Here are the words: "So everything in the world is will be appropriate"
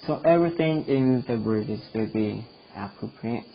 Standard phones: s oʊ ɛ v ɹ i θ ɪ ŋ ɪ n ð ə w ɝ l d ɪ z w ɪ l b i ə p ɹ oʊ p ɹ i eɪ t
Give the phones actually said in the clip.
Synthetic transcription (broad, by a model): s oʊ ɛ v ɹ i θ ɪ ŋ ɪ n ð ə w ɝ d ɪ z w ɪ l b i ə p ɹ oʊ p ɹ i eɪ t